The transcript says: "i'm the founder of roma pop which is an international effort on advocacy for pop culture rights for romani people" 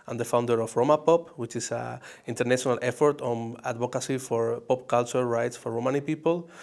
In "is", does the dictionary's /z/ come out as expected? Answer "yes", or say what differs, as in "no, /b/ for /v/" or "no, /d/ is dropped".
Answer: no, /s/ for /z/